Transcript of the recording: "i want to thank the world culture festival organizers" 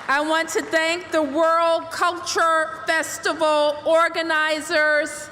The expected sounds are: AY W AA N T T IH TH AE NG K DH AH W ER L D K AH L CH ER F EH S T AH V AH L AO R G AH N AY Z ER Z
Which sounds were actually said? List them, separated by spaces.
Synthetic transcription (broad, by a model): AY W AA N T T IH TH AE NG K DH AH W ER L D K AH L CH ER F EH S T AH V L AO R G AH N AY Z ER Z